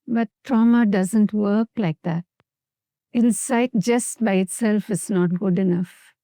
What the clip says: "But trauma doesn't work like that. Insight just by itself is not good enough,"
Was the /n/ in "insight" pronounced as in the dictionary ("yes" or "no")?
no